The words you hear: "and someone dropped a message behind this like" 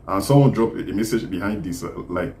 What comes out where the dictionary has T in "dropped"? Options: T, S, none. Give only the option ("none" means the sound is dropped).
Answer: none